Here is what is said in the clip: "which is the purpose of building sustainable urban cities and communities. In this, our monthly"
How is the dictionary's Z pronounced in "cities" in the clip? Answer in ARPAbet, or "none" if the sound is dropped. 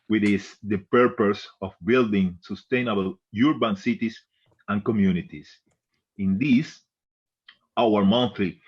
S